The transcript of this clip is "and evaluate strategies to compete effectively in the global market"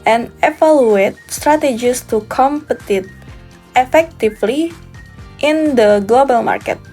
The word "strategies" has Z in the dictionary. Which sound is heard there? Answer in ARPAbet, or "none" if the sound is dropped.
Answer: S